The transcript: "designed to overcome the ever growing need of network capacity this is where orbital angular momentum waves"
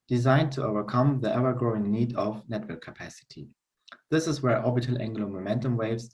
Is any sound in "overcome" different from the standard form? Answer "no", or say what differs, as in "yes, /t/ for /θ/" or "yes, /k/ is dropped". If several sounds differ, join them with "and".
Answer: no